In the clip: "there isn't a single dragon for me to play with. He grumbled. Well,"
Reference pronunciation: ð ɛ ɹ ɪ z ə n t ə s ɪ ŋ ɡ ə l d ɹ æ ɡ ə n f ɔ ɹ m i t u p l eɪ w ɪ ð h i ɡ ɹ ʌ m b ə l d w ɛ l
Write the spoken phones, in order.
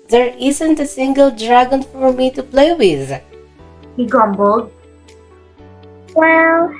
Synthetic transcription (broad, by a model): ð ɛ ɹ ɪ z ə n t ə s ɪ ŋ ɡ ə l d ɹ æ ɡ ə n f ɔ ɹ m i t u p l eɪ w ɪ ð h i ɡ ʌ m b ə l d w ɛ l